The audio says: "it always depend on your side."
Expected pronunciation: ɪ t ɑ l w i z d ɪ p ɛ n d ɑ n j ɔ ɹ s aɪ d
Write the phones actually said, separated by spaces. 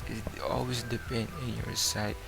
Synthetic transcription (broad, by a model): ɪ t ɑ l w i s d ɪ p ɛ n d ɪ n j ɔ ɹ s aɪ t